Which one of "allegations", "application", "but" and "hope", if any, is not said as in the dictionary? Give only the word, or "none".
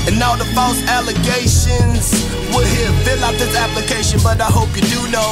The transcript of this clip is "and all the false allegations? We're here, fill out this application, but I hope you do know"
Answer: none